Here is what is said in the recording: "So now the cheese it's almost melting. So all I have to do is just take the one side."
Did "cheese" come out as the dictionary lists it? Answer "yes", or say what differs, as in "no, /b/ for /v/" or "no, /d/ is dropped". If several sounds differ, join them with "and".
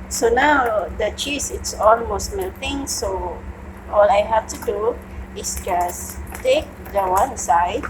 no, /s/ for /z/